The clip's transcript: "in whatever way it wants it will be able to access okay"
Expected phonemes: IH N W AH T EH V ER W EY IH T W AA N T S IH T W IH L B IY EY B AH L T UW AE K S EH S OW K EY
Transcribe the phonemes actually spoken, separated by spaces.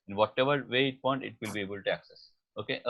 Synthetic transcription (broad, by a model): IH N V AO T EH V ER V EY IH T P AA N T IH T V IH L B IY EY B AH L T UW AE K S EH S OW K EY